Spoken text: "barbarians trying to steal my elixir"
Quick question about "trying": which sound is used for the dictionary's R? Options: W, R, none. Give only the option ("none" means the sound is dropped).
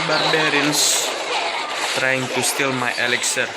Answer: R